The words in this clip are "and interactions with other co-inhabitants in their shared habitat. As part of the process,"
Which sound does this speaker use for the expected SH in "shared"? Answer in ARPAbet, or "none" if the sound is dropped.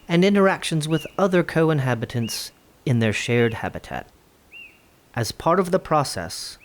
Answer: SH